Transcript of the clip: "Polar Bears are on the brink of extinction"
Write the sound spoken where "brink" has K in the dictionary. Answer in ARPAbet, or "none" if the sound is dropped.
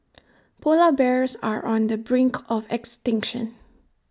K